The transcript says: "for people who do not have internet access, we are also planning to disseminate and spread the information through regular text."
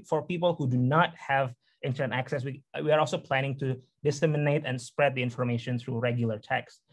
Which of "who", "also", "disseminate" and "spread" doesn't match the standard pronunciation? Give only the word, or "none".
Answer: none